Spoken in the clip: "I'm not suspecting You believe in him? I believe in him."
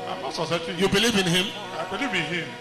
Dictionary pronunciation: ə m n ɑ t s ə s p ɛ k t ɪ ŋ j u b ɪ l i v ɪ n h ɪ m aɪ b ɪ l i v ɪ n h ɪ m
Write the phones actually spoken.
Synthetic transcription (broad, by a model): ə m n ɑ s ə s ɑ t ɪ j u b ɪ l i v ɪ n h ɪ m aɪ b ɪ l i v ɪ n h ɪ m